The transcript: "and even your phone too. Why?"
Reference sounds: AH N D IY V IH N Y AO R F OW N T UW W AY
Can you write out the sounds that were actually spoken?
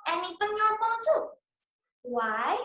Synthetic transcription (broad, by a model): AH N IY F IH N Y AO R F OW N T UW W AY